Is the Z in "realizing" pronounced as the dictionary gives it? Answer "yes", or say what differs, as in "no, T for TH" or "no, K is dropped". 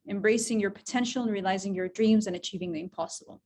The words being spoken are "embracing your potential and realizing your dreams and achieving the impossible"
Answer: yes